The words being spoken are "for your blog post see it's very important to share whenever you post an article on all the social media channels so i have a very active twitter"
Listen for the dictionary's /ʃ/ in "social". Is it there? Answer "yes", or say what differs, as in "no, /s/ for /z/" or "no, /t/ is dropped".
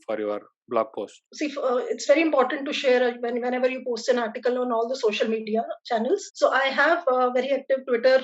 yes